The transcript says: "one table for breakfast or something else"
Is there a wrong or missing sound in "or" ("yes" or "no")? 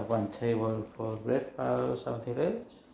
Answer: yes